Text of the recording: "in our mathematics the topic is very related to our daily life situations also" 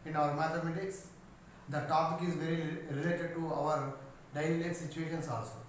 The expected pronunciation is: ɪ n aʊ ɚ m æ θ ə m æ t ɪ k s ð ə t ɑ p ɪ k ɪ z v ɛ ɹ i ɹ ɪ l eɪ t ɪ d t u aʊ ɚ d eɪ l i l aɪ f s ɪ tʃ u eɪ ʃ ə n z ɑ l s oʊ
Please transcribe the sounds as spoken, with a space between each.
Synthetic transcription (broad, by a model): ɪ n aʊ ɚ m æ t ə m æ t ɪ k s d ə t ɑ p ɪ k ɪ z v ɛ ɹ i ɹ ɪ l eɪ t ɪ d t u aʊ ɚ d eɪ i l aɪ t s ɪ tʃ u eɪ ʃ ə n s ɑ l s oʊ